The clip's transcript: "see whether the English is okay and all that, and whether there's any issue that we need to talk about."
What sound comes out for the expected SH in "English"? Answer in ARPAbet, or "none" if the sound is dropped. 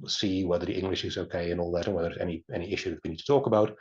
SH